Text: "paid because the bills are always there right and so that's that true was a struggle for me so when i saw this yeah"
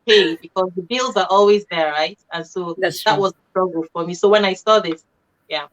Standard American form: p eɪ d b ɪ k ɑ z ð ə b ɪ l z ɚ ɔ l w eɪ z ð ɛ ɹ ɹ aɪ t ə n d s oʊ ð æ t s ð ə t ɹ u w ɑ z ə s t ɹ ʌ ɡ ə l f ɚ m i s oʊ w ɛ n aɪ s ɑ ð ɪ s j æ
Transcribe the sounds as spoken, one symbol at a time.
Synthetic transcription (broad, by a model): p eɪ b ɪ k ɑ z ð ə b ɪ l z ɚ ɔ l w eɪ z ð ɛ ɹ ɹ aɪ t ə n s oʊ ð ð ə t w ɑ z ə s t ɹ ʌ ɡ ə l f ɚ m i s oʊ w ɛ n aɪ s ɑ ð ɪ s j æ